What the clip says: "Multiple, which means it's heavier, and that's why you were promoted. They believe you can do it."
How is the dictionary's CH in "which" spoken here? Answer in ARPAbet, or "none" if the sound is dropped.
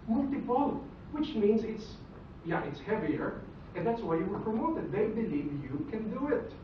CH